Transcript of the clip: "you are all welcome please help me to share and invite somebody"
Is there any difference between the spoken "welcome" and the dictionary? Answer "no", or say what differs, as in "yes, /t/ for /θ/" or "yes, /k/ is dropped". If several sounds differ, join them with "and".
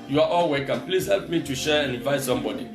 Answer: yes, /l/ is dropped